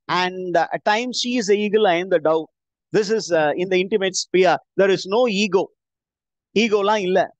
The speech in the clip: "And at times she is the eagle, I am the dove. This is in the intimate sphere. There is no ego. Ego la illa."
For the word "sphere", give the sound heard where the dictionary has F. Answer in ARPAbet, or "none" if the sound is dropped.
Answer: P